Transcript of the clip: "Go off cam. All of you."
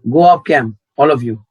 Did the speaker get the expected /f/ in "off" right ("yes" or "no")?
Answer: no